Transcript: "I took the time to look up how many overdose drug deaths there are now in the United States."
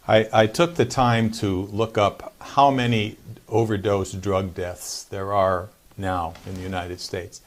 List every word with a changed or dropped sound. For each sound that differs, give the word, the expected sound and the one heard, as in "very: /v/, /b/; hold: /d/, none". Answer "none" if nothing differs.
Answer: none